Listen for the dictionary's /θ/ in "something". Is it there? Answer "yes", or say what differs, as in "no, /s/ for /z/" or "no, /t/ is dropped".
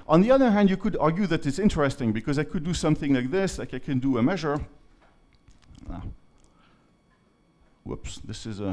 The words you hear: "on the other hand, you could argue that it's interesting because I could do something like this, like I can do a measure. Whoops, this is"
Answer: yes